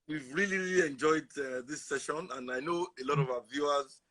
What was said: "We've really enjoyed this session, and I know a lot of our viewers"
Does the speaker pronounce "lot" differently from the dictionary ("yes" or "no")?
no